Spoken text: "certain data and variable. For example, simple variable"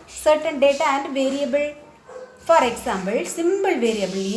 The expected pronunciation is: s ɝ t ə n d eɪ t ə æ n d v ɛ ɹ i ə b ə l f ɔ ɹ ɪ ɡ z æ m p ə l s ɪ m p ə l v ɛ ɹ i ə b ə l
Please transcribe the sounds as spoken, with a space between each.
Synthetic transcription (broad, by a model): s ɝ t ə n d eɪ t ə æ n d v ɛ ɹ i ə b ə l f ɔ ɹ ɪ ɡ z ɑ m b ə l s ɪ m b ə l v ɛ ɹ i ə b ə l